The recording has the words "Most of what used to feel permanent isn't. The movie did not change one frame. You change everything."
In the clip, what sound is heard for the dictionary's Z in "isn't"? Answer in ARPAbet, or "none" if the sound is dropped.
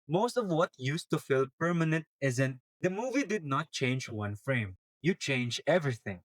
Z